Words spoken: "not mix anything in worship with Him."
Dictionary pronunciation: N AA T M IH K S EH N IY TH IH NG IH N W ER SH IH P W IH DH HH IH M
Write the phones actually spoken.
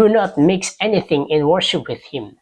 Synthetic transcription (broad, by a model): N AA T M IH K S EH N IY TH IH NG IH N W ER SH IH P W IH DH HH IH M